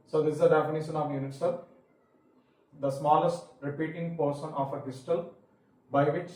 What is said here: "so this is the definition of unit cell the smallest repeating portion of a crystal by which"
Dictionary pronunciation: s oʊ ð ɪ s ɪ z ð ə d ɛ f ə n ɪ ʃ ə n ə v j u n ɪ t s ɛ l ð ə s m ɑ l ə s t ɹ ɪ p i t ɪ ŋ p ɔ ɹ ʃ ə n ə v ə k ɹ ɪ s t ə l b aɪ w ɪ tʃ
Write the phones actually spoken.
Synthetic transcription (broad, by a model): s oʊ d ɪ s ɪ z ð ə d ɛ f ə n ɪ ʃ ə n ə v j u n ɪ t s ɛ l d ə s m ɑ l ə s t ɹ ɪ p i t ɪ ŋ p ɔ ɹ s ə n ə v ə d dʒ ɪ t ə l b aɪ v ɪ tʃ